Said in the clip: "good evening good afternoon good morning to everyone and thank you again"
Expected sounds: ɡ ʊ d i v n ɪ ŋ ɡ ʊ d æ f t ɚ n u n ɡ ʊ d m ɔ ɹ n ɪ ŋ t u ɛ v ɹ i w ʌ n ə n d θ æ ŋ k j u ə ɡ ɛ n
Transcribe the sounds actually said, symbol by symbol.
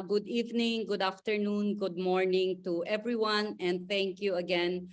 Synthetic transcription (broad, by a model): ɡ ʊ d i v n ɪ ŋ ɡ ʊ d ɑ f t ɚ n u n ɡ ʊ d m ɔ ɹ n ɪ ŋ t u ɛ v ɹ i w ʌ n ə n d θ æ ŋ k j u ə ɡ ɛ n